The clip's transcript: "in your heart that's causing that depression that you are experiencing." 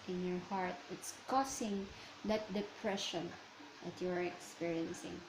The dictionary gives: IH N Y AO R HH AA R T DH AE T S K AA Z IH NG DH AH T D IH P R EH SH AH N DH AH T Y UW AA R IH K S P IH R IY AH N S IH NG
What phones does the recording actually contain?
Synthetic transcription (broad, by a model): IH N Y AO R HH AA R T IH T S K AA S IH NG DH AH T D IH P R EH SH AH N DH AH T Y UW AA R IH K S P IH R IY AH N S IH NG